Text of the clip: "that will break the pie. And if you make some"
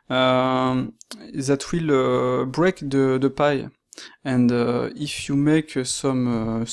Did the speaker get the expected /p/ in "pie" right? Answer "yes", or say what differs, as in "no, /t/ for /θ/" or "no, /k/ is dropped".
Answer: yes